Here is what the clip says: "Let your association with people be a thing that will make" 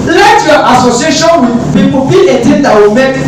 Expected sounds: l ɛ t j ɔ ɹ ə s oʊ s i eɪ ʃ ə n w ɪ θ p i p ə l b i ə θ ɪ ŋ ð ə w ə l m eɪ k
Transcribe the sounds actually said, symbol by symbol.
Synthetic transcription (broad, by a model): l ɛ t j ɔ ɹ ə s oʊ s i eɪ ʃ ə n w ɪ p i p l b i ə t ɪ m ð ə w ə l m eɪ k